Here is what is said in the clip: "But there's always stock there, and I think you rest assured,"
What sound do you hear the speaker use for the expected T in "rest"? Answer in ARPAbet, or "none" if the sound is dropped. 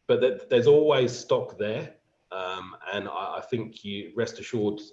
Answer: T